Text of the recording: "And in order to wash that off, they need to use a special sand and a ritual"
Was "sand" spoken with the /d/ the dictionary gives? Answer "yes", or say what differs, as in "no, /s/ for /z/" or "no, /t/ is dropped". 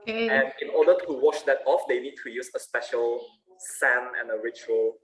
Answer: no, /d/ is dropped